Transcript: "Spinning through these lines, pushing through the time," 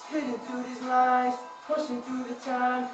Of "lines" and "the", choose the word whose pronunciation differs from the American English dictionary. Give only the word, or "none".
lines